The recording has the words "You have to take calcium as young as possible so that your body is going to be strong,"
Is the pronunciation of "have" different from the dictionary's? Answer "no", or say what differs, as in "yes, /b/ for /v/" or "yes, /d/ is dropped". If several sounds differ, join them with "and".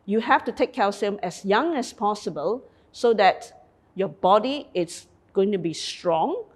yes, /f/ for /v/